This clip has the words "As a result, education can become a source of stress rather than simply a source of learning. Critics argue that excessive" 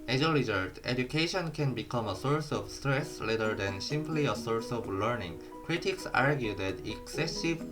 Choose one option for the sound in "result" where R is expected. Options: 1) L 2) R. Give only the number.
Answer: 1